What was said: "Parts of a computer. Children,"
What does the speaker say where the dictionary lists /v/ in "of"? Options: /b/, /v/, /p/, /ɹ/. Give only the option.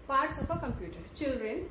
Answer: /p/